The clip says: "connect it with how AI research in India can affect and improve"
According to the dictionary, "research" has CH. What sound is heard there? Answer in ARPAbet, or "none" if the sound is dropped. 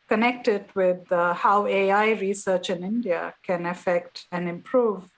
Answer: CH